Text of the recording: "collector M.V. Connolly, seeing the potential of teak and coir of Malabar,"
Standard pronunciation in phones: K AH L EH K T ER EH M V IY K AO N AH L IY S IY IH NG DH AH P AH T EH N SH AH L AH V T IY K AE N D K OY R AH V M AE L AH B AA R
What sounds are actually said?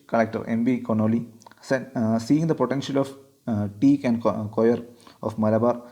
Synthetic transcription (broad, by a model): K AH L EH K T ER EH M B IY K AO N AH L IY S IY IH NG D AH P AH T EH N SH AH L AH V T IY K AE N D K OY R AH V M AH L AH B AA R